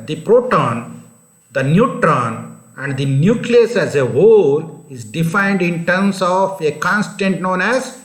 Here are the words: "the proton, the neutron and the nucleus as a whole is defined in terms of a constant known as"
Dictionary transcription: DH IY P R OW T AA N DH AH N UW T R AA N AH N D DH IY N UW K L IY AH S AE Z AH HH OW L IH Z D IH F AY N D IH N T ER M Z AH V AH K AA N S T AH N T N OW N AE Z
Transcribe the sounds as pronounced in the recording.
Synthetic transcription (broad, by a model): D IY P R OW T AA N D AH N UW T R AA N AH N D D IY N UW K L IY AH S AE Z AH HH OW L IH Z D IH F AY N D IH N T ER M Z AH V AH K AA N S T AH N T N OW N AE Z